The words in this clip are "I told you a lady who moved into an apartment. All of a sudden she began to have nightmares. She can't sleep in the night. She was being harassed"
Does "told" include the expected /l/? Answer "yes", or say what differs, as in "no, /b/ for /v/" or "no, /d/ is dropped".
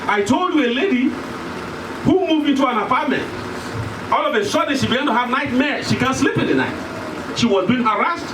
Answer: yes